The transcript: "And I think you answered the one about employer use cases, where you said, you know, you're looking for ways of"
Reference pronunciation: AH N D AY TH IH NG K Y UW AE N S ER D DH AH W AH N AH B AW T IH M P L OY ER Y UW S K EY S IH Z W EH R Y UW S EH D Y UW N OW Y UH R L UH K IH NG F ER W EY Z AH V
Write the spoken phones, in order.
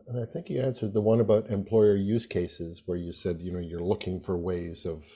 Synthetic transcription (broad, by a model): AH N AY TH IH NG K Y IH AE N S ER D DH AH W AH N AH B AW T IH M P L OY ER Y UW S K EY S IH Z W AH R Y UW S EH D Y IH N OW Y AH R L UH K IH NG F ER W EY Z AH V